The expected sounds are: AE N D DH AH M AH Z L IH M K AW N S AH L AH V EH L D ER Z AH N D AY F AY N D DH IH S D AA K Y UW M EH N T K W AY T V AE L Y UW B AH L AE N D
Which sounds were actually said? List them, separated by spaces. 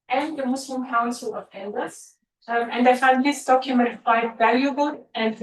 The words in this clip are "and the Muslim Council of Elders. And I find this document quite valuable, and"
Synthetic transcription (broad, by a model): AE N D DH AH M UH S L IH M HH AW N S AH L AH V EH N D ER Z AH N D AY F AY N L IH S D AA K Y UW M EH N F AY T V AE L Y UW B AH L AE N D